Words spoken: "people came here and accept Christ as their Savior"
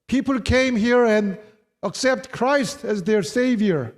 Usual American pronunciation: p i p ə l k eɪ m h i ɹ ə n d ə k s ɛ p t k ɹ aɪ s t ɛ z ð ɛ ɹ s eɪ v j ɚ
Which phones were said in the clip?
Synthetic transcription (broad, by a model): p i p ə l k eɪ m h i ɹ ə n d ə k s ɛ p t k ɹ aɪ s t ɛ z ð ɛ ɹ s eɪ v j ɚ